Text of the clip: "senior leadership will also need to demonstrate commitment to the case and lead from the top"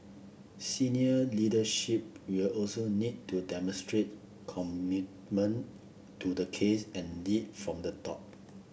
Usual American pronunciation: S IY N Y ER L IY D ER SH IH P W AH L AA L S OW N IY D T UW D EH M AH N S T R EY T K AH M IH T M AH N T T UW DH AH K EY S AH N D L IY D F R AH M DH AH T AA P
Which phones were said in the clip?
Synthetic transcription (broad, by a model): S IY N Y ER L IY D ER SH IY P W AH L AA L S OW N IY D T UW D EH M AH N S T R EY T K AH M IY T M AH N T T UW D AH K EY S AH N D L IY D F R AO M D AH T AA P